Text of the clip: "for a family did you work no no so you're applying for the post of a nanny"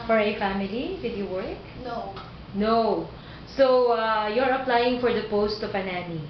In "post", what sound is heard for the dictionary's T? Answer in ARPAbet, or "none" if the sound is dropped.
T